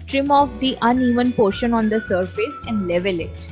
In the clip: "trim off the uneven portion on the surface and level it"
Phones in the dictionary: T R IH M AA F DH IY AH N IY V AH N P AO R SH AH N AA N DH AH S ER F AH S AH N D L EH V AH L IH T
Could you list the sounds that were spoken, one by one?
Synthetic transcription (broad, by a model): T R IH M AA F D IY AH N IY V AH N P AO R SH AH N AA N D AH S ER F AH S AH N D L EH V AH L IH T